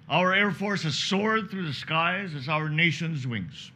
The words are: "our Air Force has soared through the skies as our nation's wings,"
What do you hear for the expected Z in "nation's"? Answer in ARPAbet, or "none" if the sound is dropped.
Z